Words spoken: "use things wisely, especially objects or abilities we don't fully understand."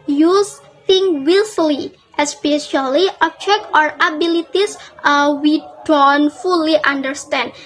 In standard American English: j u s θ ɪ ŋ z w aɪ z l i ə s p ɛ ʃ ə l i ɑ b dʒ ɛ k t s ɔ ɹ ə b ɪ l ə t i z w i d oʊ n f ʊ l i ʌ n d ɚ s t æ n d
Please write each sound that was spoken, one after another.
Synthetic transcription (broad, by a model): j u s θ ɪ ŋ w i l l i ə s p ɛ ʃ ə l i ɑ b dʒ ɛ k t ɔ ɹ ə b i l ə t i s w i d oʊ n f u l i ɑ n d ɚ s t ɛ n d